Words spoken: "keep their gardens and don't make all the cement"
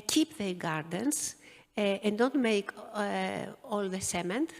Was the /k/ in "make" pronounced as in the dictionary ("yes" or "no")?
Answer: yes